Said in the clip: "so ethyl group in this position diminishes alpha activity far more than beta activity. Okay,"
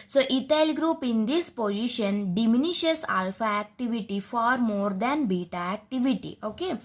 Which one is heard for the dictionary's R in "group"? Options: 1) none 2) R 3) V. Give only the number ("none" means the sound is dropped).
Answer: 2